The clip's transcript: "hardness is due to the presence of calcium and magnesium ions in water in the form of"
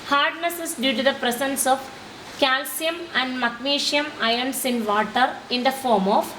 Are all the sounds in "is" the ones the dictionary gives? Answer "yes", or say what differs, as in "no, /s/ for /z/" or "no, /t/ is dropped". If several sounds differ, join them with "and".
no, /s/ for /z/